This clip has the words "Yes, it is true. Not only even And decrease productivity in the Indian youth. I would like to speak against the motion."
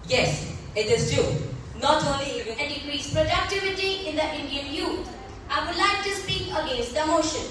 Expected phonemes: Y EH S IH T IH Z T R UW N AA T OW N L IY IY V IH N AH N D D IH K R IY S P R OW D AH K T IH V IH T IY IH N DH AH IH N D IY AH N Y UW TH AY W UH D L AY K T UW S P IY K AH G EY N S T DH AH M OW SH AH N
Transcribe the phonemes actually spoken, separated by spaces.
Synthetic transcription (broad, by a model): Y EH S IH T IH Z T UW N AA T OW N L IY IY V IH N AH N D D IH K R IY S P R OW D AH K T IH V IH T IY IH N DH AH IH N D IY AH N Y UW T AY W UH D L AY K T UW S P IY K AH G EY N S T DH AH M OW SH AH N